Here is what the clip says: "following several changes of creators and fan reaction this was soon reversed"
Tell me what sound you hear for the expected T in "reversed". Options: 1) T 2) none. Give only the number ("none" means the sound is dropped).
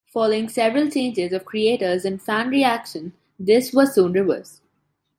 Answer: 2